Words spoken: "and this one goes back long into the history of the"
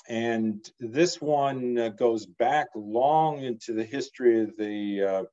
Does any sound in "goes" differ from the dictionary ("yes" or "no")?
no